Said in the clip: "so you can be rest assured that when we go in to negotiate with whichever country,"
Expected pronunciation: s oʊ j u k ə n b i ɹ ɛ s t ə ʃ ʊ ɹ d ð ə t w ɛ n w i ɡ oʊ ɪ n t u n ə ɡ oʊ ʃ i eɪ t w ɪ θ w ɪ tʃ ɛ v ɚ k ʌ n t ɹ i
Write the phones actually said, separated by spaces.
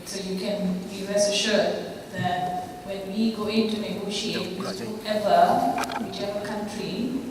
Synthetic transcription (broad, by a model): s oʊ j u k ə n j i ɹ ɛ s ə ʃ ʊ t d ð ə t w ɛ n w i ɡ oʊ ɪ n t u n ə ɡ oʊ ʃ i eɪ t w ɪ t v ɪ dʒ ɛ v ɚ k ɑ n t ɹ i